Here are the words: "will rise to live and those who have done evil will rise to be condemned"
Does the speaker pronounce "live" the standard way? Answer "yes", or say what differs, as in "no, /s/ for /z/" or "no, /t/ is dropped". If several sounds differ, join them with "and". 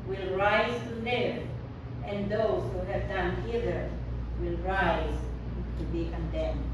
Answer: no, /v/ is dropped